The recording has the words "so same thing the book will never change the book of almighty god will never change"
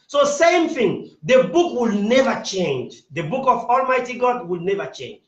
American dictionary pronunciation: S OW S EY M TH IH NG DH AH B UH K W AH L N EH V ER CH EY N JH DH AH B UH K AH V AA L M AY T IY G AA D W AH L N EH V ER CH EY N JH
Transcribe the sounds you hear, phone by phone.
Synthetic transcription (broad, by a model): S OW S EY M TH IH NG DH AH B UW K W AH L N EH V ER CH EY N JH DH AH B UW K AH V AA L M AY T IY G AA D W AH L N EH V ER CH EY N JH